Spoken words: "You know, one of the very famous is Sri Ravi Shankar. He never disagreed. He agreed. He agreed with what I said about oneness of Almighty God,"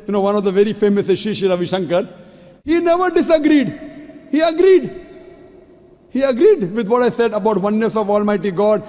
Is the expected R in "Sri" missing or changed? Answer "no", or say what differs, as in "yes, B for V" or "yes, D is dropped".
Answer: yes, R is dropped